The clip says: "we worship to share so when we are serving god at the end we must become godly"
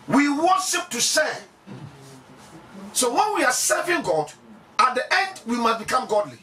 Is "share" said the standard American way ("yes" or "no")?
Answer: no